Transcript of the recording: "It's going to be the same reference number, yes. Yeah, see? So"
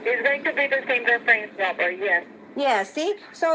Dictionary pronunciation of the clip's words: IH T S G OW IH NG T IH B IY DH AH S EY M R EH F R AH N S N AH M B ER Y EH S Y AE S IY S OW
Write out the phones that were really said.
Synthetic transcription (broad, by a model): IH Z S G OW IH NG T IH B IY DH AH S EY M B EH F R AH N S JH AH B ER Y EH S Y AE S IY S OW